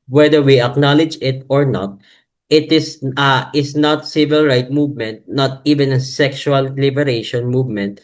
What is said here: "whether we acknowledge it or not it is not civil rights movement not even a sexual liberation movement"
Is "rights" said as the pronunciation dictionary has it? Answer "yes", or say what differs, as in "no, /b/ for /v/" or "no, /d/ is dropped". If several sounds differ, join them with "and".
no, /s/ is dropped